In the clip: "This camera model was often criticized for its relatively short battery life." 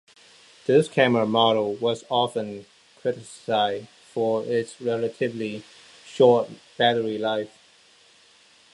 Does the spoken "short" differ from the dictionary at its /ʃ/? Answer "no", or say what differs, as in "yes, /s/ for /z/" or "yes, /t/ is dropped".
no